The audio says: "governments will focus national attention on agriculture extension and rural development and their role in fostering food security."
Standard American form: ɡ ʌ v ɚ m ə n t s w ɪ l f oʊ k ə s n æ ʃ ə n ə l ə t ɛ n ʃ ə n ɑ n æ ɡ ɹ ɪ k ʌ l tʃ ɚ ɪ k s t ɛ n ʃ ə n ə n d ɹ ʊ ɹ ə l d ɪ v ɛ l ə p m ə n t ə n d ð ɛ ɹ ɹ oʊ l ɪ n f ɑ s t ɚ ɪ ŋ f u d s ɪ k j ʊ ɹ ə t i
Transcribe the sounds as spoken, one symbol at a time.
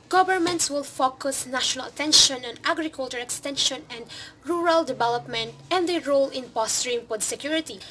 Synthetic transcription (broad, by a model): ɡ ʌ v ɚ m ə n t s w ɪ l f oʊ k ə s n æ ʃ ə n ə l ə t ɛ n ʃ ə n ɑ n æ ɡ ɹ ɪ k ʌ l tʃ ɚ ɪ k s t ɛ n ʃ ə n ə n d ɹ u ɹ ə l d ɪ v ɛ l ə p m ə n t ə n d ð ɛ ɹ ɹ oʊ l ɪ n p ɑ s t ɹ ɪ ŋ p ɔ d s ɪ k j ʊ ɹ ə t i